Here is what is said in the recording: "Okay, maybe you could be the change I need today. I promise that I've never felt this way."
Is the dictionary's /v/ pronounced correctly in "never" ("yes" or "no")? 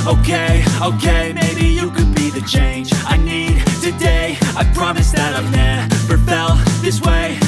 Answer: no